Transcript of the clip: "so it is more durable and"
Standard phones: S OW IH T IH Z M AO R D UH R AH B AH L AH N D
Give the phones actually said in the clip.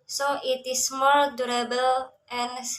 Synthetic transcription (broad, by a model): S OW IH T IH S M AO L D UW R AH B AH L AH N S